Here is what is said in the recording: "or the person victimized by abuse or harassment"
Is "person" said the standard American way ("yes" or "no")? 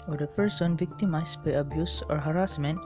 yes